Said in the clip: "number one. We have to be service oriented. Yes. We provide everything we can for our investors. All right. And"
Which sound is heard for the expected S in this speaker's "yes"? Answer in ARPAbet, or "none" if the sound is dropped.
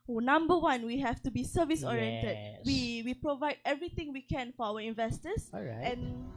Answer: none